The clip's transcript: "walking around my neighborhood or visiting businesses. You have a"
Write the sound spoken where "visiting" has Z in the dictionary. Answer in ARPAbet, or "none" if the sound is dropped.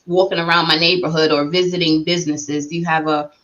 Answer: Z